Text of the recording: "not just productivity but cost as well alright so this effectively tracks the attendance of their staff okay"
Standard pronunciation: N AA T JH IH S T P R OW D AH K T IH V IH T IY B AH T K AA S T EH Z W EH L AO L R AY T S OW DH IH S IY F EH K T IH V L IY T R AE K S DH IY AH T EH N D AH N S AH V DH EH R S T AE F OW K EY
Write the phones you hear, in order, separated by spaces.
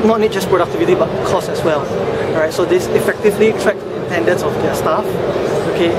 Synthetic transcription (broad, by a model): N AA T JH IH S P R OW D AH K T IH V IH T IY B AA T K AA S EH S W EH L L R AY T S OW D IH S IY F EH K T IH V L IY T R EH K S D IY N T EH N D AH N S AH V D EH S T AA F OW K EY